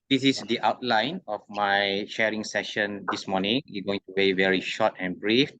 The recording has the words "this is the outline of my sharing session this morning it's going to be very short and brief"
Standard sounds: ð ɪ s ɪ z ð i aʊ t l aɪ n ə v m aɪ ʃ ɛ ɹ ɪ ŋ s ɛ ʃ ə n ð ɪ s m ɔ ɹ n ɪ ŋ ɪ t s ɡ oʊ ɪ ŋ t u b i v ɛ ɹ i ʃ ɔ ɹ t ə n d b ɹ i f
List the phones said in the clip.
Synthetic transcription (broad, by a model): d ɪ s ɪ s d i aʊ t l aɪ n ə f m aɪ ʃ ɛ ɹ ɪ ŋ s ɛ ʃ ə n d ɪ s m ɔ n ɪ ŋ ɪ ɡ oʊ ɪ ŋ t u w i v ɛ ɹ i ʃ ɔ t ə n b ɹ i f